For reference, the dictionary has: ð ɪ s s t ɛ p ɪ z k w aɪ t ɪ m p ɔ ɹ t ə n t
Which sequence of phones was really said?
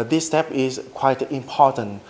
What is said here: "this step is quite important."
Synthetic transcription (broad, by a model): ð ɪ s s t ɛ p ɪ s k w aɪ t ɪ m p ɔ t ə n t